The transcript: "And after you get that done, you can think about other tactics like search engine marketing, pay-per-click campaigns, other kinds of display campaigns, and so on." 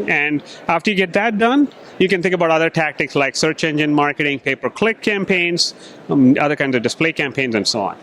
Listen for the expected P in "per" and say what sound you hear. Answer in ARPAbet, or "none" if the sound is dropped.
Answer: P